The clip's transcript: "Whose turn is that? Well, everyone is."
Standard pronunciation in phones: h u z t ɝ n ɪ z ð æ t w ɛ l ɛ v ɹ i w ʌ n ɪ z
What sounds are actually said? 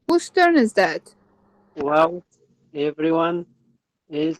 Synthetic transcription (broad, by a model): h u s t ɝ n ɪ z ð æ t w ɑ w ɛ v ɹ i w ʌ n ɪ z